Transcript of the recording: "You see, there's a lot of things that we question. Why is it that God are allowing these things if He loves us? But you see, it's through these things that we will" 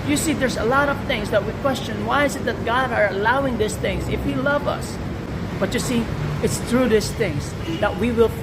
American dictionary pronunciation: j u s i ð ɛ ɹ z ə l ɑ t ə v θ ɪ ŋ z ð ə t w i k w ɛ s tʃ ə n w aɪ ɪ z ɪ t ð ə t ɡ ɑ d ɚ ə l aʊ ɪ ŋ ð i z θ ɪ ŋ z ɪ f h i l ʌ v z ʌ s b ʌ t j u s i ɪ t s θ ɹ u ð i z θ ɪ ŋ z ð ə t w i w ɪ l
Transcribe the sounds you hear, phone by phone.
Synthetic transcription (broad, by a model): j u s i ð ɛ ɹ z ə l ɑ t ə v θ ɪ ŋ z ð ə t w i k w ɛ s tʃ ə n w aɪ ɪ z ɪ t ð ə t ɡ ɑ d ɚ ə l aʊ ɪ ŋ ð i s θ ɪ ŋ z ɪ f h i l ʌ v ʌ s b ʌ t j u s i ɪ t s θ ɹ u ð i s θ ɪ ŋ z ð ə t w i w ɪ l